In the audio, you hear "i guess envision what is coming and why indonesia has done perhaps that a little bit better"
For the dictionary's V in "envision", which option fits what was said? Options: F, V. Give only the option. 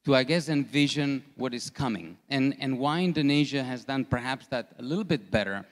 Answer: V